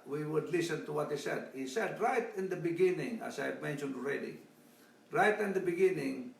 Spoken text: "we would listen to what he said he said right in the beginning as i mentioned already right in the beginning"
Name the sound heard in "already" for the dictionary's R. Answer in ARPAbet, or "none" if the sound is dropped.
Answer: R